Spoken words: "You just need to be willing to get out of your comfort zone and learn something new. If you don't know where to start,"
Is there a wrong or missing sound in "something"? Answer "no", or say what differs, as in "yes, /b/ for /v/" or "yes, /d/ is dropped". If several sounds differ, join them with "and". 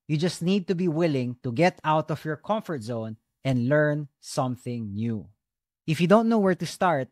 no